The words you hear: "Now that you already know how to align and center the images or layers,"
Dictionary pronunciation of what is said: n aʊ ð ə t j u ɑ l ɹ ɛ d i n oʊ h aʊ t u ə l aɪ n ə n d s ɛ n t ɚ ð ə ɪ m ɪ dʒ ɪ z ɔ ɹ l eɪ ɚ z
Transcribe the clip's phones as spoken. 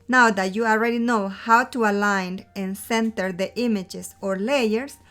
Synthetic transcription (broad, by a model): n aʊ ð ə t j u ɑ l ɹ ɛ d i n oʊ h aʊ t u ə l aɪ n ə n s ɛ n t ɚ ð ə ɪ m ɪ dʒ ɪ s ɔ ɹ l eɪ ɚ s